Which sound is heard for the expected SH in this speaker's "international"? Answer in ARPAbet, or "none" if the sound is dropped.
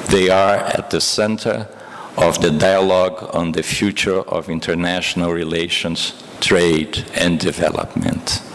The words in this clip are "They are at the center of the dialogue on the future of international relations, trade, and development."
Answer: SH